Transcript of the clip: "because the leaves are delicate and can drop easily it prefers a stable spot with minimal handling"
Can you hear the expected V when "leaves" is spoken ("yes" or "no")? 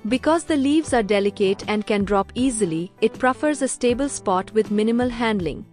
yes